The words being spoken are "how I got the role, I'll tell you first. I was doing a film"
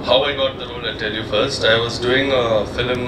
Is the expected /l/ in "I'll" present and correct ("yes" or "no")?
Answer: no